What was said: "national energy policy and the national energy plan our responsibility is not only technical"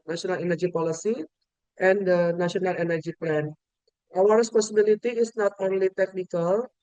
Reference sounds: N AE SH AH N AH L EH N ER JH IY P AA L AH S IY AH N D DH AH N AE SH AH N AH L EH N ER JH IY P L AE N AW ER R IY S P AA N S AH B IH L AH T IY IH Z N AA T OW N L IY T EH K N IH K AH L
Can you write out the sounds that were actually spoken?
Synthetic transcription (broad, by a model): N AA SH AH N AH L EH N ER JH IY P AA L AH S IY AH N D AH N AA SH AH N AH L EH N ER JH IY P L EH N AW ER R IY S P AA S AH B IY L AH T IY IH S N AA T OW N L IY T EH K N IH K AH L